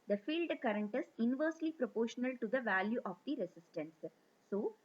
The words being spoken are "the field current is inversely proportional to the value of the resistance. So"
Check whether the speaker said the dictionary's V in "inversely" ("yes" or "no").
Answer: yes